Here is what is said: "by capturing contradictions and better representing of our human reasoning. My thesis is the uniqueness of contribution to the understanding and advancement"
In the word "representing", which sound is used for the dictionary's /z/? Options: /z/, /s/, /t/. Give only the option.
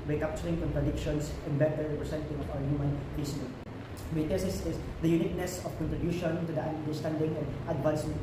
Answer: /s/